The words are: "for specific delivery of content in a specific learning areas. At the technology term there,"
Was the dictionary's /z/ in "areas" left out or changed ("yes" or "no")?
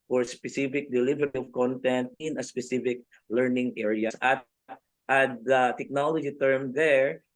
yes